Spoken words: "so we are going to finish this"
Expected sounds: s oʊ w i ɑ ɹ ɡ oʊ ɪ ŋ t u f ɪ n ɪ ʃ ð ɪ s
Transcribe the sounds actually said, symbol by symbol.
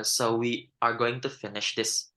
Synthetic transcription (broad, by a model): s oʊ w i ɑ ɹ ɡ oʊ ɪ ŋ t u f ɪ n ɪ ʃ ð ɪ s